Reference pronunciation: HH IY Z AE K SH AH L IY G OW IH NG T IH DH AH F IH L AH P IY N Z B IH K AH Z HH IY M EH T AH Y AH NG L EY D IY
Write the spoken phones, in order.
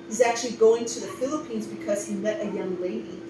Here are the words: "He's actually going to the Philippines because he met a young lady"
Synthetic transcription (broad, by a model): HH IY Z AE K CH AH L IY G OW IH NG T IH DH AH F IH L AH P IY N Z B IH K AH Z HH IY M EH T AH Y AH NG L EY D IY